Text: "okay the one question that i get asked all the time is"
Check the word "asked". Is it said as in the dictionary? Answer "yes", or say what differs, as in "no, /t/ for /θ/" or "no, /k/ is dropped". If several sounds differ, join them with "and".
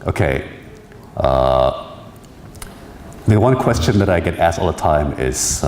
yes